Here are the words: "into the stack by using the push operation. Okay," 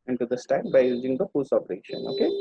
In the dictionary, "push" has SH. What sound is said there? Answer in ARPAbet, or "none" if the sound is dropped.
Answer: S